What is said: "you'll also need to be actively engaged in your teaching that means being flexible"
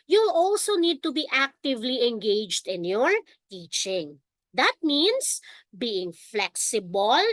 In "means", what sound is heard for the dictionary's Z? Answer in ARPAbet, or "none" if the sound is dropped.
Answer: S